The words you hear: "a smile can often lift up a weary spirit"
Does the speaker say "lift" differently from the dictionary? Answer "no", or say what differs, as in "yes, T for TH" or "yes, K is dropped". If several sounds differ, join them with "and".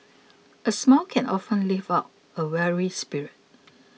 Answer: yes, T is dropped